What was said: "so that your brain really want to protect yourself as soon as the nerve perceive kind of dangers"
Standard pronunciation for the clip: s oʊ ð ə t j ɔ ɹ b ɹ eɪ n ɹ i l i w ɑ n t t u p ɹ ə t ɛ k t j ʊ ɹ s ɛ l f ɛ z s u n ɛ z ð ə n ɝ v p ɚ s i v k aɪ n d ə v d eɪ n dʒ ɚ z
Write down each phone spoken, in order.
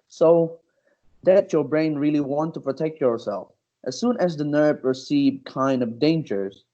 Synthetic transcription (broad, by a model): s oʊ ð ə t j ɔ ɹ b ɹ eɪ n ɹ i l i w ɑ n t t u p ɹ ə t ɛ k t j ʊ ɹ s ɛ l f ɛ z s u n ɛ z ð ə n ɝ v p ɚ s i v k aɪ n d ə v d eɪ n dʒ ɚ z